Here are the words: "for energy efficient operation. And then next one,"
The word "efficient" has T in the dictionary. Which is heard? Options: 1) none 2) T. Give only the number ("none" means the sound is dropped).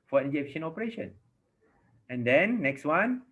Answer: 1